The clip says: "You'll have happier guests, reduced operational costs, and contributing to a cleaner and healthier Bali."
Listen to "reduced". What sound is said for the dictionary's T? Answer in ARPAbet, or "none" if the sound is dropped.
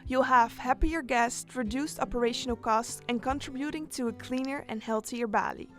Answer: T